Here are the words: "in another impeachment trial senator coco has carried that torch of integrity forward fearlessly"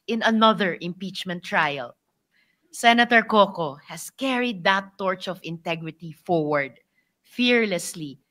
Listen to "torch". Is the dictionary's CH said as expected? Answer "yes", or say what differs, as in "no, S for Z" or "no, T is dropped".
yes